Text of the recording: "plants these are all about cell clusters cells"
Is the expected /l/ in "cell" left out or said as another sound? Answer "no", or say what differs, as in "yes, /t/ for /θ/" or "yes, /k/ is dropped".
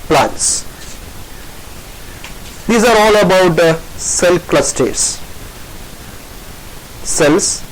no